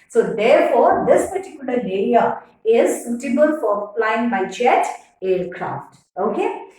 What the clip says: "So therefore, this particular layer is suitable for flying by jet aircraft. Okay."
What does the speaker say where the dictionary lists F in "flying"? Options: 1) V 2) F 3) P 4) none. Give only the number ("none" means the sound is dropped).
3